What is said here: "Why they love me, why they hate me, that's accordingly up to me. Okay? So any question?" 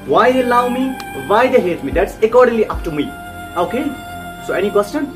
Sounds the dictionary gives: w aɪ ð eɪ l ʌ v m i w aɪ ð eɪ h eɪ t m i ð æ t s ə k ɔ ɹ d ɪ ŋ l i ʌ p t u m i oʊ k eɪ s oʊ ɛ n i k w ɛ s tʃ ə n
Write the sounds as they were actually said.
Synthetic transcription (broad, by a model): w aɪ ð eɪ l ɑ w m i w aɪ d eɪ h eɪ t m i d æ t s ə k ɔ ɹ d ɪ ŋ l i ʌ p t u m i oʊ k eɪ s oʊ ɛ n i k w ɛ s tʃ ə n